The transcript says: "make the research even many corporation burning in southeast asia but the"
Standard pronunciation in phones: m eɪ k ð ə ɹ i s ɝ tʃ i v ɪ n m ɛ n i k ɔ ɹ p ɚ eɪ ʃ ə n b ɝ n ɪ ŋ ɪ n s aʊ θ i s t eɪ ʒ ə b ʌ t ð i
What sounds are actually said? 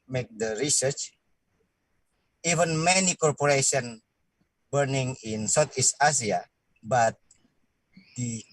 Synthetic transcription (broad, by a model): m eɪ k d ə ɹ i s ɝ tʃ i v ɪ n m ɛ n i k ɔ ɹ p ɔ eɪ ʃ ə n b ɝ n ɪ ŋ ɪ n s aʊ t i s t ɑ s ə b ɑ t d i